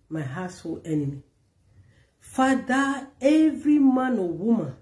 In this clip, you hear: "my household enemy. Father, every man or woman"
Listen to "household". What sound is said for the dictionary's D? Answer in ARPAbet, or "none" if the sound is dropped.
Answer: none